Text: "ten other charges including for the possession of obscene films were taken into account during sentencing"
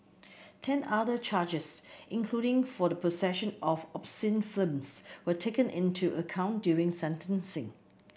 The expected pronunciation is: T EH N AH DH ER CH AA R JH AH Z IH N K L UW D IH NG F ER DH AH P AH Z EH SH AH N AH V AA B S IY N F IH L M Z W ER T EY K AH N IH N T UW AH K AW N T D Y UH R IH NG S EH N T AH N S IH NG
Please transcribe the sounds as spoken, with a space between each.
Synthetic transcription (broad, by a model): T EH N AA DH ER CH AA JH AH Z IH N K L UW D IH NG F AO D AH P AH S EH SH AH N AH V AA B S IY N F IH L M S W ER T EY K AH N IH N T UW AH K AW N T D Y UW R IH NG S EH N T AH N S IH NG